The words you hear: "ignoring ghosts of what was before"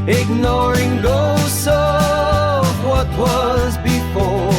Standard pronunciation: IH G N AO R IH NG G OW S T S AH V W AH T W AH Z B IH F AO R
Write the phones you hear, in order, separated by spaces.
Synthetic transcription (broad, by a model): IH G N AO R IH NG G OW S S AH V W AH T W AH Z B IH F AO R